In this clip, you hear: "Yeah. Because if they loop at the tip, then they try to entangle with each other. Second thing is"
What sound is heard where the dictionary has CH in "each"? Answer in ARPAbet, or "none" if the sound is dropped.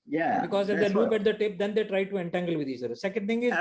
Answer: S